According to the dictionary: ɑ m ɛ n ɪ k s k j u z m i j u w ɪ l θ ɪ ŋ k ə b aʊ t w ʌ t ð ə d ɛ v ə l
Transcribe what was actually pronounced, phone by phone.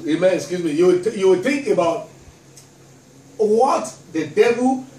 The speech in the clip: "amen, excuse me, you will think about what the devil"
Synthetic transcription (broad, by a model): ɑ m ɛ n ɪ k s k j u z m i j u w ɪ w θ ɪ ŋ k ə b aʊ t w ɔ t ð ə d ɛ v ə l